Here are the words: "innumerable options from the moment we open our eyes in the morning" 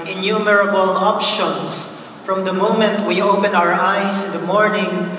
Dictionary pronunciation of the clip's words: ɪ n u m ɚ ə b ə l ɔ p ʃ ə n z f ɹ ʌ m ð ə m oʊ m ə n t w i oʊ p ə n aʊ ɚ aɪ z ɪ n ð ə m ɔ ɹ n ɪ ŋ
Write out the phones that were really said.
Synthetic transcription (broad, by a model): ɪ n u m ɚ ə b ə l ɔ p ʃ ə n s f ɹ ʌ m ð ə m oʊ m ə n t w i oʊ p ə n aʊ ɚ aɪ s ɪ n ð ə m ɔ ɹ n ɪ ŋ